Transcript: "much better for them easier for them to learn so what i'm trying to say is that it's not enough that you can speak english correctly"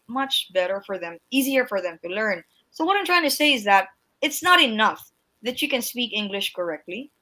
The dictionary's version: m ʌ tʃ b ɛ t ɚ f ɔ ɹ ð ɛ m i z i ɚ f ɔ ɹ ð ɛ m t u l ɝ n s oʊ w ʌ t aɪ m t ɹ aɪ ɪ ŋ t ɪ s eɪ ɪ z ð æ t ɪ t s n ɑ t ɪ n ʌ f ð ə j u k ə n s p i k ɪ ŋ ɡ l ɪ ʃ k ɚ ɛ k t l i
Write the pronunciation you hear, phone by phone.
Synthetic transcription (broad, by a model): m ʌ tʃ b ɛ t ɚ f ɔ ɹ ð ɛ m i z i ɚ f ɔ ɹ ð ɛ m t u l ɝ n s oʊ w ʌ t aɪ m t ɹ aɪ ɪ ŋ t ɪ s eɪ ɪ z ð æ t ɪ t s n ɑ t ɪ n ʌ f ð ə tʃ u k ə n s p i k ɪ ŋ ɡ l ɪ ʃ k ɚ ɛ k t l i